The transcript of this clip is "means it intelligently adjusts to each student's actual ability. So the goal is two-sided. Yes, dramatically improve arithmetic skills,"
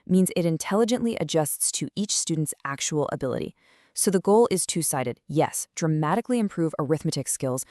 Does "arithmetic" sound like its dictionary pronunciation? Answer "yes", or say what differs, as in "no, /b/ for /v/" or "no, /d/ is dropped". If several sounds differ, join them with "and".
yes